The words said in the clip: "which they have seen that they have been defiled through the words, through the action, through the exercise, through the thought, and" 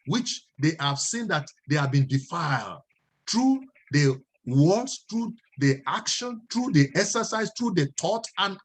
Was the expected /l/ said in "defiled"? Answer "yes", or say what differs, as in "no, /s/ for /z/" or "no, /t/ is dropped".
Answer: yes